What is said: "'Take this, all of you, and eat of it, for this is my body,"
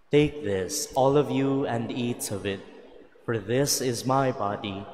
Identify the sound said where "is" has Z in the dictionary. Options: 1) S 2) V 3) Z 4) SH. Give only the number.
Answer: 3